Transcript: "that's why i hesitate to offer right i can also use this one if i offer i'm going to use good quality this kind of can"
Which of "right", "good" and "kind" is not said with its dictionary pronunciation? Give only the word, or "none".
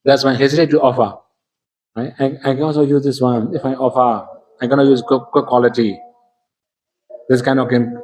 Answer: right